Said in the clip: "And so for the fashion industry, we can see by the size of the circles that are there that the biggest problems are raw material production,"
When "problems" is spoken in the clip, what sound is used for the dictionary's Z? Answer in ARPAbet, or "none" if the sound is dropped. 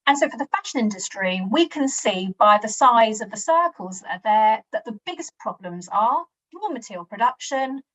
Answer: Z